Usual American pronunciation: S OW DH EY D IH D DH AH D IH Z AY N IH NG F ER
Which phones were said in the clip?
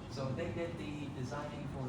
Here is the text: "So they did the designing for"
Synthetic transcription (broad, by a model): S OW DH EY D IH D DH AH D IH Z AY N IH NG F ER